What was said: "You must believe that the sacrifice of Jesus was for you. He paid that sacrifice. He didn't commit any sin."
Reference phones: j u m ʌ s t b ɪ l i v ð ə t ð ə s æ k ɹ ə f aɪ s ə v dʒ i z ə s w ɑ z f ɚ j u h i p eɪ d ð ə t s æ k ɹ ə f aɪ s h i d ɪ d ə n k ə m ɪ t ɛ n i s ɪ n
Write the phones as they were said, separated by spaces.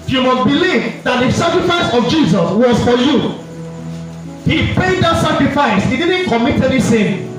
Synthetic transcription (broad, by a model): j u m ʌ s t b ɪ l i v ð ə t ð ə s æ k ɹ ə f aɪ s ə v dʒ i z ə s w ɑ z f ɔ j u h i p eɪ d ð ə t s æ k ɹ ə f aɪ s h i d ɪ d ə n k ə m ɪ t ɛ l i s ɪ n